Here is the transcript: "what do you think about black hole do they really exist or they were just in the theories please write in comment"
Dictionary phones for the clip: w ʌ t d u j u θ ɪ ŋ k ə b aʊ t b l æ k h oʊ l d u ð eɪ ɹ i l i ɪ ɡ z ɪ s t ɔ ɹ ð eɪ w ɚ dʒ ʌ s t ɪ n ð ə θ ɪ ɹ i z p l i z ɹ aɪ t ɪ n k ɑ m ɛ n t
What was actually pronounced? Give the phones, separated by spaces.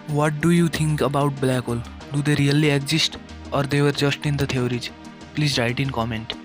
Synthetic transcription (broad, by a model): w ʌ t d u j u t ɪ ŋ k ə b aʊ t b l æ k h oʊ l d u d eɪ ɹ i l i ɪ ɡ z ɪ s t ɔ ɹ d eɪ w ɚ dʒ ʌ s t ɪ n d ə t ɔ ɹ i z p l i z ɹ aɪ t ɪ n k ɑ m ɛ n t